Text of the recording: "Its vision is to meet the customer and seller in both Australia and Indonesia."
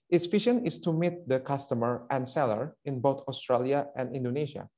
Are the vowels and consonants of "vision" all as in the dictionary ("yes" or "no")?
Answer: no